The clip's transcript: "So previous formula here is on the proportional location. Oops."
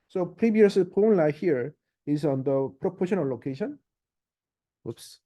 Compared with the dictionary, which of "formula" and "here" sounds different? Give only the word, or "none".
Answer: formula